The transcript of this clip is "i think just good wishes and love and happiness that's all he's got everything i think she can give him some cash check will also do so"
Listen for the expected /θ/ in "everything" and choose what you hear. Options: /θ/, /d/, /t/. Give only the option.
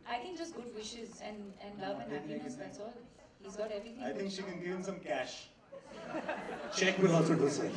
/t/